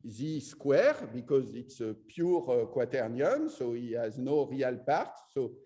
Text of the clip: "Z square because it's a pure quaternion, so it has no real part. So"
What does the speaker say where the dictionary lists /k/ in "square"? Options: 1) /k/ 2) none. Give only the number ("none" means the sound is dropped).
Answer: 1